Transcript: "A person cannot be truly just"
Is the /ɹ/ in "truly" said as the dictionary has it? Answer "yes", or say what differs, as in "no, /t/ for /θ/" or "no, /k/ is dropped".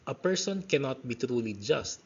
yes